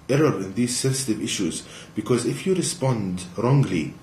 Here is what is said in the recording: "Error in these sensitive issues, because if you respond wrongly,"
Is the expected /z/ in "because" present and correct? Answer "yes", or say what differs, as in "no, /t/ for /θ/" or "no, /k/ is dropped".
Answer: yes